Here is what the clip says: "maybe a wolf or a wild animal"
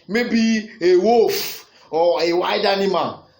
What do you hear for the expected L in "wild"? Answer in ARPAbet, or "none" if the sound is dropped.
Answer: none